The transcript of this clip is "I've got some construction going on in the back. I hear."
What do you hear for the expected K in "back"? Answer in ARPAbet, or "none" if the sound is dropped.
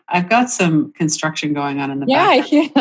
none